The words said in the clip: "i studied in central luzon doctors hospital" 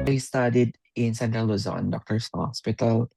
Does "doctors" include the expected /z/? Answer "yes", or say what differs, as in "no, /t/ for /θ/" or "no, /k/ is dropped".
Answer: no, /s/ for /z/